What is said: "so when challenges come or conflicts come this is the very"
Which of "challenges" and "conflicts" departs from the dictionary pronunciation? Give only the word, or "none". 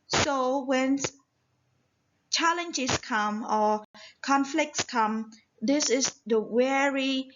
challenges